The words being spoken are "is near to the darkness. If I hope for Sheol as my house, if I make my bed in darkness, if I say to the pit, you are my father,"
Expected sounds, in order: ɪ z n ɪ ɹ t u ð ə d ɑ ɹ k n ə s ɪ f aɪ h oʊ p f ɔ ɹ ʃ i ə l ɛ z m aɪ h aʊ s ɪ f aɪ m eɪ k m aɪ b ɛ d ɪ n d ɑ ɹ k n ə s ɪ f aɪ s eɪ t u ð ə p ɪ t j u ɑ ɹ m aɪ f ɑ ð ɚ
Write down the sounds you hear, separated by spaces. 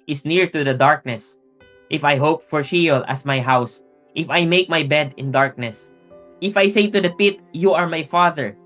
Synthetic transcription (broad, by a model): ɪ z n ɪ ɹ t u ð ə d ɑ ɹ k n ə s ɪ f aɪ h oʊ p f ɔ ɹ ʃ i l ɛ s m aɪ h aʊ s ɪ f aɪ m eɪ k m aɪ b ɛ d ɪ n d ɑ ɹ k n ə s ɪ f aɪ s eɪ t u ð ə p ɪ t j u ɑ ɹ m aɪ f ɑ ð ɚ